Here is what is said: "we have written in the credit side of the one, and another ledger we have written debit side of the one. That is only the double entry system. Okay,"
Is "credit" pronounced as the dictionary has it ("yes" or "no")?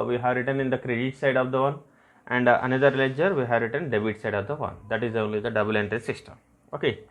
yes